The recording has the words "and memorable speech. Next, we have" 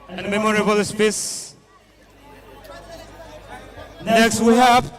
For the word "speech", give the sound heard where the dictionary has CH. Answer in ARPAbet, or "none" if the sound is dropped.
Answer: S